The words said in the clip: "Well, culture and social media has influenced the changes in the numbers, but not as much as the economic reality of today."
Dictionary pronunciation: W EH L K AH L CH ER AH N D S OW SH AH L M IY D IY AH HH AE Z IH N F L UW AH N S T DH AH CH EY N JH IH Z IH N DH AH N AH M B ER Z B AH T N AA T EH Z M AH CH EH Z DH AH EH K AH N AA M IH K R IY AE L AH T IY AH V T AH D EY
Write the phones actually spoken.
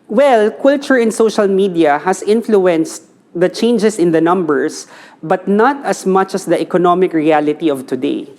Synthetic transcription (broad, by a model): W EH L K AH L CH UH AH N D S OW SH AH L M IY D IY AH HH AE S IH N F L UW AH N S T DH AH CH EY N JH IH S IH N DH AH N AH M B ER S B AH T N AA T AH S M AH CH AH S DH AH EH K AH N AA M IH K R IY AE L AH T IY AH V T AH D EY